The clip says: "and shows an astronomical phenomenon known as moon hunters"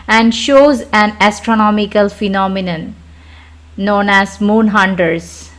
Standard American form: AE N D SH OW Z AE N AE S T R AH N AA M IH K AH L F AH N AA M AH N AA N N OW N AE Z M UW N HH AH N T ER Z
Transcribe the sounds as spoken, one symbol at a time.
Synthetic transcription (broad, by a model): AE N D SH OW Z AE N AE S T R AH N AA M IH K AH L F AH N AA M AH N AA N N OW N AE Z M UW N HH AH N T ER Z